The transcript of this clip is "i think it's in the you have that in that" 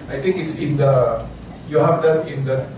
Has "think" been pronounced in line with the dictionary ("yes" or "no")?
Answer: no